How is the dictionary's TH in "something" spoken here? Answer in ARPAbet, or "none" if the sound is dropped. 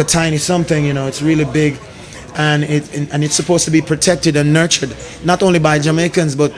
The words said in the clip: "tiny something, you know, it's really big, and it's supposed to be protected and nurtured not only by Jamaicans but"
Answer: TH